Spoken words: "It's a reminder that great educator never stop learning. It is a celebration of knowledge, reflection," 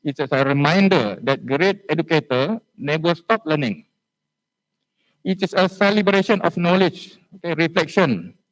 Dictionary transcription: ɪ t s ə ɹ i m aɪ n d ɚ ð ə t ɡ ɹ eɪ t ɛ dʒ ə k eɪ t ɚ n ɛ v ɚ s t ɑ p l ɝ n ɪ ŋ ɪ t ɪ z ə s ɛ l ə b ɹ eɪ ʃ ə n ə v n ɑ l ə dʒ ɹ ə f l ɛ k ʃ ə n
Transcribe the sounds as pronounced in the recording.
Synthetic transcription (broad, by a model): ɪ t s ə ɹ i m aɪ n d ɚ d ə t ɡ ɹ eɪ t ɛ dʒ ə k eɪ t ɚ n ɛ b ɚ s t ɑ p l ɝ n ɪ ŋ ɪ t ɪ s ə s ɛ l ə b ɹ eɪ ʃ ə n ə f n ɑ l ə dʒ ɹ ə f l ɛ k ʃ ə n